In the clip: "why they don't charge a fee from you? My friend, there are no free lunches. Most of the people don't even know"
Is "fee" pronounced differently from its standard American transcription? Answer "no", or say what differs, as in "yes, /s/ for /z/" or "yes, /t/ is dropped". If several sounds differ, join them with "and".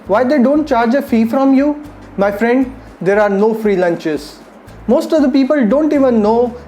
no